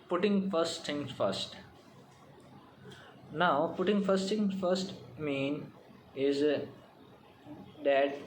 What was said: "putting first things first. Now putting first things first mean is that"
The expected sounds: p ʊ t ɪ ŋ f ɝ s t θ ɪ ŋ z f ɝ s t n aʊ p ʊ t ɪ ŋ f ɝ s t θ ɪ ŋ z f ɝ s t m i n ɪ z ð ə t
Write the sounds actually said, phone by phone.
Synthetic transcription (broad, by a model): p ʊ t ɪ ŋ f ɝ s t t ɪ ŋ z f ɝ s t n aʊ p ʊ t ɪ ŋ f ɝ s t t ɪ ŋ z f ɝ s t m i n ɪ z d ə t